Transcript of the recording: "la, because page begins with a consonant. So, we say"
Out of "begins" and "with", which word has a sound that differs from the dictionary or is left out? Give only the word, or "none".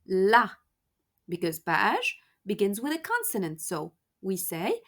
none